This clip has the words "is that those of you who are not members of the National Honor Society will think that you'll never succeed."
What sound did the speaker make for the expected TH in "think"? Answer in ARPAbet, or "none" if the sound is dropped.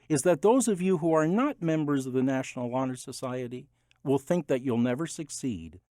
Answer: TH